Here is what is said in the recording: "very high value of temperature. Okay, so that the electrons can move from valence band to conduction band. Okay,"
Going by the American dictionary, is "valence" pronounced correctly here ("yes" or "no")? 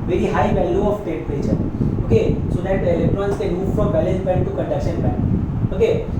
no